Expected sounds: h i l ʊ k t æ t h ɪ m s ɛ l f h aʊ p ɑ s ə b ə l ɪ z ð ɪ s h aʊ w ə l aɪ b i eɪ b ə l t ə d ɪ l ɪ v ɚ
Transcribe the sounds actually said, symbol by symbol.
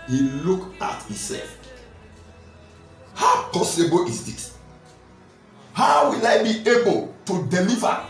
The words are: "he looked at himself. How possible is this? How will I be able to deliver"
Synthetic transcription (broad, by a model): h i l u k ɑ t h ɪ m s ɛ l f h aʊ p ɑ s ə b ə l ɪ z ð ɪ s h aʊ w ə l aɪ b i eɪ b ə l t ə d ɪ l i v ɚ